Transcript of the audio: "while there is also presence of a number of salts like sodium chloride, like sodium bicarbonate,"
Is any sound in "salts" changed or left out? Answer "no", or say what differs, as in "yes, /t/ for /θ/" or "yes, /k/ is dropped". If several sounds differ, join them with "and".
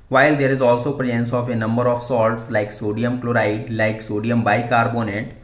no